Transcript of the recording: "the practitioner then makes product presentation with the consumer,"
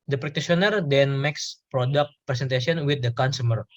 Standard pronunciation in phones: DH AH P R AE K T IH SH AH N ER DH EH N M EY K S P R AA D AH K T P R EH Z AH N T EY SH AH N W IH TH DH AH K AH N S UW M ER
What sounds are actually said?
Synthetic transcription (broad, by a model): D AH P R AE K T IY S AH N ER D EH N M EY K S P R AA D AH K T P R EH S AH N T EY S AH N W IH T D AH K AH N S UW M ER